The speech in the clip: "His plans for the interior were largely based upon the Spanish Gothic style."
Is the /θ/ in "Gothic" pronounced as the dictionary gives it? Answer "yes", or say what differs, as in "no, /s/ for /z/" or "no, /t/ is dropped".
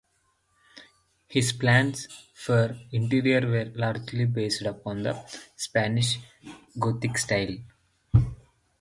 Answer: no, /t/ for /θ/